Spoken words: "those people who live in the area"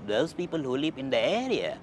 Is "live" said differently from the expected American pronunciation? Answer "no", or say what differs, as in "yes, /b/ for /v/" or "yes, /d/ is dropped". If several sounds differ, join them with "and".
yes, /p/ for /v/